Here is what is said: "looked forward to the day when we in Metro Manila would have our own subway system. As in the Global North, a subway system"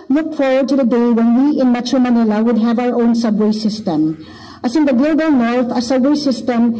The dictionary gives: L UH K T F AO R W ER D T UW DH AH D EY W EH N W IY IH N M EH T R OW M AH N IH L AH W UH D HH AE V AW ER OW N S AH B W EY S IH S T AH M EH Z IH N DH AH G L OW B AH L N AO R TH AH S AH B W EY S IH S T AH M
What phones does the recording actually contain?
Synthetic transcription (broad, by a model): L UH K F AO R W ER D T UW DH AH D EY W EH N W IY IH N M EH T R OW M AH N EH L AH W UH D HH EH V AW ER OW N S AH B W EY S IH S T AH M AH S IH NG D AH G L OW B AH L N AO R T AH S AH B W EY S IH S T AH M